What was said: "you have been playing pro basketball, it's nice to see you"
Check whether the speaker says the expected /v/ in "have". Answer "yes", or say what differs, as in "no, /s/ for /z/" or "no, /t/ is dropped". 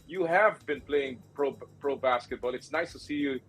yes